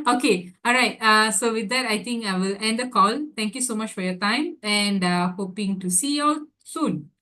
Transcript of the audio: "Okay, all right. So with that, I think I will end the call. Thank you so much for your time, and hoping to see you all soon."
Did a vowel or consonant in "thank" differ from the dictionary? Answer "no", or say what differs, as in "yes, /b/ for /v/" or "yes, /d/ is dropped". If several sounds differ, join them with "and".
yes, /t/ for /θ/